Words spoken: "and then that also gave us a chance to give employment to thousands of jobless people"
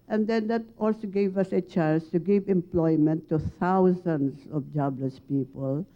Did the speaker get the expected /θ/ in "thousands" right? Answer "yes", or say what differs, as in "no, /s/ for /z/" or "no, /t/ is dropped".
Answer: no, /t/ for /θ/